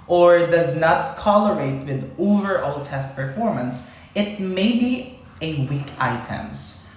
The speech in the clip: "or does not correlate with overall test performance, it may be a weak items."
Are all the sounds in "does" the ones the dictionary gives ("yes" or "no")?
yes